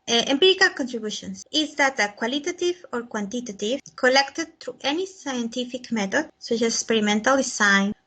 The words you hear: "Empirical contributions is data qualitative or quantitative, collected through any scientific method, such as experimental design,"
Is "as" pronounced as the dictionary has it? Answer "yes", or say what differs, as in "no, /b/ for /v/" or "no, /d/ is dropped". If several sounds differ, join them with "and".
no, /s/ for /z/